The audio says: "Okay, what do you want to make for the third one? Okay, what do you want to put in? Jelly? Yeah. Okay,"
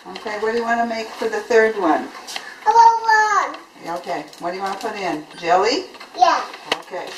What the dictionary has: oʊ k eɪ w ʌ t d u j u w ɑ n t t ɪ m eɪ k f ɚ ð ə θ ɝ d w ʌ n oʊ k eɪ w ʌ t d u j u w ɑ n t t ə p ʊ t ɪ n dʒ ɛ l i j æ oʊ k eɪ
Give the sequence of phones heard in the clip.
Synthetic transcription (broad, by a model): oʊ k eɪ w ʌ t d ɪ j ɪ w ɑ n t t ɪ m eɪ k f ɚ ð ə θ ɝ d w ʌ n oʊ k eɪ w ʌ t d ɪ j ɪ w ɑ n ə p ʊ t ɪ n dʒ ɛ l i j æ oʊ k eɪ